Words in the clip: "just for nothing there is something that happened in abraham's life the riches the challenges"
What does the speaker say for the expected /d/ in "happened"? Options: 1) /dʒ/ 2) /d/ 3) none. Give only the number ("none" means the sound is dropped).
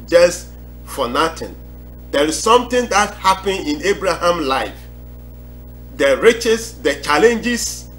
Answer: 3